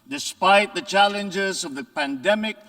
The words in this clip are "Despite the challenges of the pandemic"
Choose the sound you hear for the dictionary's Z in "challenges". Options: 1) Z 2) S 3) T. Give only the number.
1